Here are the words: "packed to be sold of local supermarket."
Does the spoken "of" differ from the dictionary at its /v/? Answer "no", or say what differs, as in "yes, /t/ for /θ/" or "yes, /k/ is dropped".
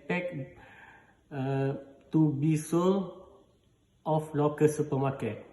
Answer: yes, /f/ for /v/